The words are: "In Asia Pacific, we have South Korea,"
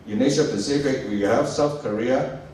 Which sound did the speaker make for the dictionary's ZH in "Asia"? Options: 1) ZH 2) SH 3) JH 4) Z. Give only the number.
2